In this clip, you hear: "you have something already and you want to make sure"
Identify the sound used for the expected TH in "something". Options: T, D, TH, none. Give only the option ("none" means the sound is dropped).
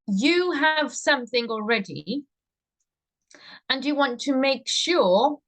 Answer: TH